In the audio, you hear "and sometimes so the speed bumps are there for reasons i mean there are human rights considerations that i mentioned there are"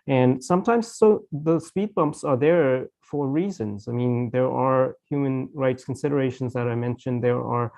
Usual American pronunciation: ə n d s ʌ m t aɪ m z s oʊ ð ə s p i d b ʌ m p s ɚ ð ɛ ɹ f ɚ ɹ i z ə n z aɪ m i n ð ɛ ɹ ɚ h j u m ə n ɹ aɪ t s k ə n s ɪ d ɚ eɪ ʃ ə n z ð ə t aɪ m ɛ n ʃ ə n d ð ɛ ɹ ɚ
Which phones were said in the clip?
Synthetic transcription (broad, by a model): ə n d s ʌ m t aɪ m z s oʊ ð ə s p i d b ʌ m p s ɚ ð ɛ ɹ f ɚ ɹ i z ə n z aɪ m i n ð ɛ ɹ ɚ h j u m ə n ɹ aɪ t s k ə n s ɪ d ɚ eɪ ʃ ə n z ð ə t aɪ m ɛ n ʃ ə n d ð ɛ ɹ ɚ